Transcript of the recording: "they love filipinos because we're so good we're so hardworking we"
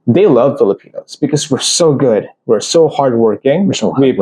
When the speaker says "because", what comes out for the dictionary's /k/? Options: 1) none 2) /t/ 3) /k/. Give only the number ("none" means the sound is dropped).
3